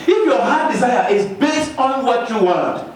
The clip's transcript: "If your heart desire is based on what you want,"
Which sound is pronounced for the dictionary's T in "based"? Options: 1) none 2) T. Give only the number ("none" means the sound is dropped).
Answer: 2